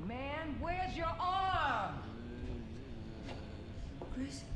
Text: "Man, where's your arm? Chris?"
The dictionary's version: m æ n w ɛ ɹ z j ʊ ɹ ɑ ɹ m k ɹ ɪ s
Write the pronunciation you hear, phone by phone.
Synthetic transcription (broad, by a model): m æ n w ɛ ɹ z j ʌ ɹ ɑ ɹ m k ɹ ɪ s